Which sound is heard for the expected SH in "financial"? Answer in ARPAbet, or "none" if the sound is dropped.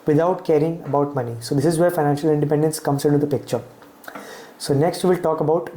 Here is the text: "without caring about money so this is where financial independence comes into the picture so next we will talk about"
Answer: SH